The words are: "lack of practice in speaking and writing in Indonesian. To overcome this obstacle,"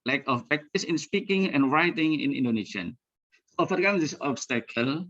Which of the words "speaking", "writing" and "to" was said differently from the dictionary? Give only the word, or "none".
to